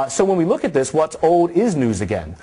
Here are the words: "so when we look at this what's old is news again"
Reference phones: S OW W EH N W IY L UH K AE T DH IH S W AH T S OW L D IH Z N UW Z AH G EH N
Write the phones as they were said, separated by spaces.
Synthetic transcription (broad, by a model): S OW W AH N W IY L UH K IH T DH IH S W AH T S OW L D IH Z N UW Z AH G EH N